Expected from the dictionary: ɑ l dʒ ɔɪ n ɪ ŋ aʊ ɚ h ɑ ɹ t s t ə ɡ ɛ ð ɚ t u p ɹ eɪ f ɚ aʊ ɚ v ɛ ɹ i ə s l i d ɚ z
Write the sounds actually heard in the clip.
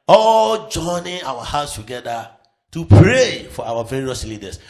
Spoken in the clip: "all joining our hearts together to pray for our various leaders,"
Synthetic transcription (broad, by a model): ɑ l dʒ ɔɪ n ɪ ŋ aʊ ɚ h ɑ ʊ s t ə ɡ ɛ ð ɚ t u p ɹ eɪ f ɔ aʊ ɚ v ɛ ɹ i ə s l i d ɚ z